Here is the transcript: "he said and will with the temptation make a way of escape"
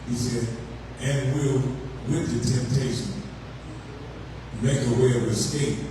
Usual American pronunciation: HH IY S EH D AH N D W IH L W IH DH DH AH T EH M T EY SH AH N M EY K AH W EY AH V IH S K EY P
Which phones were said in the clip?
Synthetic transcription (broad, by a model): HH IY S EH D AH N W IH L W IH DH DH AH T EH M T EY SH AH N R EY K AH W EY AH W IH S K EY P